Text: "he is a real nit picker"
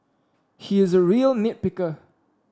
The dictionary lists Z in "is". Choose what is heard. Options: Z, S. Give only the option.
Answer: Z